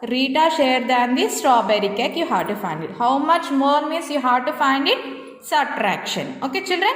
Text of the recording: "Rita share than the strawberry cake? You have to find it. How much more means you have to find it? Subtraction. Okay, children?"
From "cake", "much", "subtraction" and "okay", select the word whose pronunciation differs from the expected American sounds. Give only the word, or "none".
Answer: subtraction